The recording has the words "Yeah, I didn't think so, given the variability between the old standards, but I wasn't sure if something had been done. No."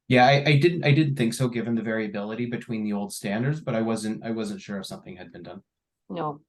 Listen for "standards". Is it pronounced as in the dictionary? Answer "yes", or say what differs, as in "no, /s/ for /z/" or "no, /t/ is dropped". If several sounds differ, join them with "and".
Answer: yes